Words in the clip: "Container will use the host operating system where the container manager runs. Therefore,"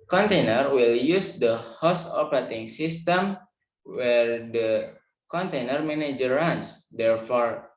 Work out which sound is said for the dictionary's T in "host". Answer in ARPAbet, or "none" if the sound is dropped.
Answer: none